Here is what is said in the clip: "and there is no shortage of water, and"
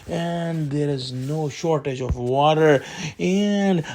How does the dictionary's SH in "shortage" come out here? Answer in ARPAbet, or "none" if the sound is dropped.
SH